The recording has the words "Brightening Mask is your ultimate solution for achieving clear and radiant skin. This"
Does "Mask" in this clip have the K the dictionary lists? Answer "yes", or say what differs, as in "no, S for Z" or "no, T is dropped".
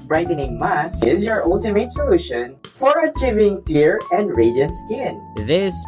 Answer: no, K is dropped